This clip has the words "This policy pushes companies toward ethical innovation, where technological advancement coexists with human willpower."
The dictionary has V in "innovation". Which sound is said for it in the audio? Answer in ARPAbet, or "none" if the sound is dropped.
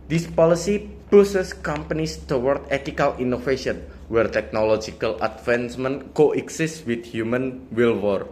F